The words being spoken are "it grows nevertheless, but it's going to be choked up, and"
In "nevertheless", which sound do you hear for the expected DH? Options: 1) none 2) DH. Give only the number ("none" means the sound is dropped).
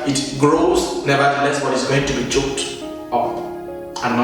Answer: 1